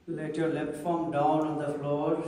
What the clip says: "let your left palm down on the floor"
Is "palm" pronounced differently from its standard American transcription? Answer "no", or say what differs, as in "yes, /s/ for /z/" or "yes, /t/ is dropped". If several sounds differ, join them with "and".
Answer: yes, /f/ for /p/